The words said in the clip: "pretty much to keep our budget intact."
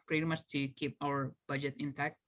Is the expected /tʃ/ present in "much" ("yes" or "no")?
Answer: no